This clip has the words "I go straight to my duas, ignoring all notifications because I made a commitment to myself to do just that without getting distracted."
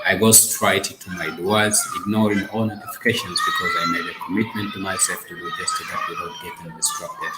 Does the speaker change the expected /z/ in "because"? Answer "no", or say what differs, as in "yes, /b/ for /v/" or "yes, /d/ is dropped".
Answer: no